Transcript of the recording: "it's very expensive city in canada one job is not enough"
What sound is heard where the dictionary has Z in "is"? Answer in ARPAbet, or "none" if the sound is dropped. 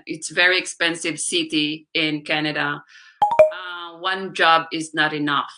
Z